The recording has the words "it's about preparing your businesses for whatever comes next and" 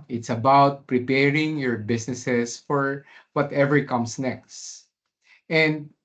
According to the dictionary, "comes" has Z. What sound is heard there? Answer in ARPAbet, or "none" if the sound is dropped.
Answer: S